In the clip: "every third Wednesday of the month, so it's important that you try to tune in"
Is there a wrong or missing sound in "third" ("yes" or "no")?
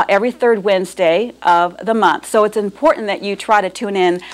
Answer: no